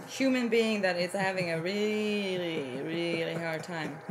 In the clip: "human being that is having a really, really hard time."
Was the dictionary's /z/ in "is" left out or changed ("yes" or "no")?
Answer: yes